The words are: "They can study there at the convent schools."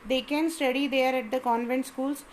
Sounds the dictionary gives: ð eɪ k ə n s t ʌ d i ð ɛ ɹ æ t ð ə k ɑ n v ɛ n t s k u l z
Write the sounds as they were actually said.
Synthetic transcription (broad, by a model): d eɪ k ə n s t ʌ d i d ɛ ɹ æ t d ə k ɑ n v ɛ n t s k u l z